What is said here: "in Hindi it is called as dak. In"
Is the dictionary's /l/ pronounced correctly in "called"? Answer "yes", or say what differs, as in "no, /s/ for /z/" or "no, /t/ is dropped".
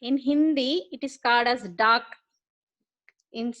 yes